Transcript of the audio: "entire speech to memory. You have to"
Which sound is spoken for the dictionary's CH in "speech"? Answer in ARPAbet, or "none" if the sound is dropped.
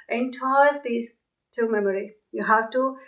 S